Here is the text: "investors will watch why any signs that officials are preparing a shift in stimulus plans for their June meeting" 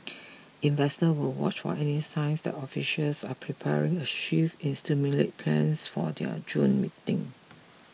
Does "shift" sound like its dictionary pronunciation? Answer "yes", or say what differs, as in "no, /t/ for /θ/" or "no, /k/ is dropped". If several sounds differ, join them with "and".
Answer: no, /t/ is dropped